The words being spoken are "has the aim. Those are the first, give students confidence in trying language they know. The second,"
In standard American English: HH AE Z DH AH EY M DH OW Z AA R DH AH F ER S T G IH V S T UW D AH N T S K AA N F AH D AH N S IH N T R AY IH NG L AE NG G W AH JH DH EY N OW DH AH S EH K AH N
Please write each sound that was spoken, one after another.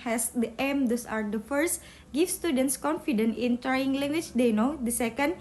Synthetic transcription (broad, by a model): HH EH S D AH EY M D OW S AA R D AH F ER S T G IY F S T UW D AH N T S K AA N F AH D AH N IH N T R AY IH NG L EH NG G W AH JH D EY N OW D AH S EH K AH N